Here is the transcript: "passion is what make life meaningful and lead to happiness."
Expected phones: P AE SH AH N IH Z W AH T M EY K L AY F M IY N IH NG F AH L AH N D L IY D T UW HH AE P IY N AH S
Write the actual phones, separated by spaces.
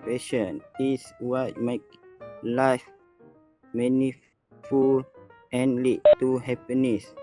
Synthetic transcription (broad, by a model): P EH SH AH N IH S W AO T M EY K L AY F M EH N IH F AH L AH N L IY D T UW HH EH P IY N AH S